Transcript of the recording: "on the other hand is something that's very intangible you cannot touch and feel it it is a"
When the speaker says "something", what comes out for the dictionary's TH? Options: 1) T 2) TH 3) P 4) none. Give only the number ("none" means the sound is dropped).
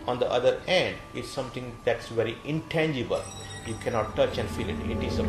1